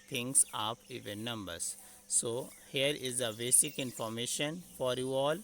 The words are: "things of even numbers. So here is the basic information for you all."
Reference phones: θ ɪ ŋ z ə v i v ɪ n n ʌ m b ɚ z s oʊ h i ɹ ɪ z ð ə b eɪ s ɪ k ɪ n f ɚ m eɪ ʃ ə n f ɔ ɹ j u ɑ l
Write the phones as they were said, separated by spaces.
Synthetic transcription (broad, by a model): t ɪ ŋ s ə p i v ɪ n n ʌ m b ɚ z s oʊ h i ɹ ɪ z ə b eɪ s ɪ k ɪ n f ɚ m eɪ ʃ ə n f ɔ ɹ j u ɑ l